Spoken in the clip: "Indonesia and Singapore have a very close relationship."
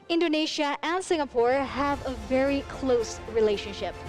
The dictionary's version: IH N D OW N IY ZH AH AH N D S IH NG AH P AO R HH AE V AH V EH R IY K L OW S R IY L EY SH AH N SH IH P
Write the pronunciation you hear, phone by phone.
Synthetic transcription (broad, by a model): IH N D OW N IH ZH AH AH N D S IH NG AH P AO R HH AE V AH V EH R IY K L OW S R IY L EY SH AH N SH IH P